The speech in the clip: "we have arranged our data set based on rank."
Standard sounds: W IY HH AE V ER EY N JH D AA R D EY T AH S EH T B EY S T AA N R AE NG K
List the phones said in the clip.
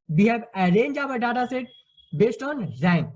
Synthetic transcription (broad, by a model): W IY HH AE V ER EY N JH AA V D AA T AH S EH T B EY S T AA N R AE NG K